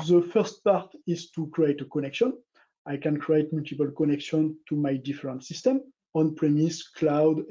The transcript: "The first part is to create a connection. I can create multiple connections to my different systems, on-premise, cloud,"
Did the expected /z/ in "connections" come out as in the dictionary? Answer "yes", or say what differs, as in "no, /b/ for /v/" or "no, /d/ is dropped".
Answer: no, /z/ is dropped